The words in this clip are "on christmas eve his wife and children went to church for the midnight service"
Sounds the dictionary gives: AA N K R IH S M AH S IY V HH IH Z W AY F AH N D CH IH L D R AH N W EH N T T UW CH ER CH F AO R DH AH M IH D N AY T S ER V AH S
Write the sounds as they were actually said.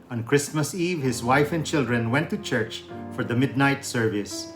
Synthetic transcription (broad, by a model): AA N K R IH S M AH S IY V HH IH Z W AY F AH N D CH IH L D R AH N W EH N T T UW CH ER CH F AO R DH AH M IH D N AY T S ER V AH S